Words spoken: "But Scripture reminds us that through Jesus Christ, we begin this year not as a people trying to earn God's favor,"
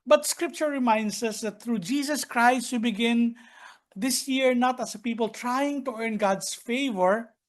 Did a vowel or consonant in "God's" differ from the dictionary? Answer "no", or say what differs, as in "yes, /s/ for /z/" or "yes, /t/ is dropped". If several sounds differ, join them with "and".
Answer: yes, /s/ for /z/